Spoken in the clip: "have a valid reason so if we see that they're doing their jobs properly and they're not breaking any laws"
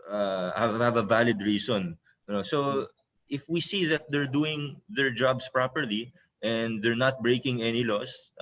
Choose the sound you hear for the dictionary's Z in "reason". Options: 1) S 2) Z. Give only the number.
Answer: 1